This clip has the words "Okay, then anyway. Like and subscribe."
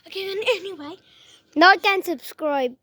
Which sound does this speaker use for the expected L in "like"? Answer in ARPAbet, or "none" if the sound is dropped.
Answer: N